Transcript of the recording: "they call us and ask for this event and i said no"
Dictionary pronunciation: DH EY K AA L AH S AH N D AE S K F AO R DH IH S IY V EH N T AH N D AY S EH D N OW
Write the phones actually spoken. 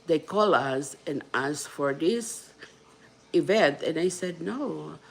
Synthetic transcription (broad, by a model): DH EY K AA L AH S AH N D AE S F AO R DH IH S IY V EH N T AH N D AY S EH D N OW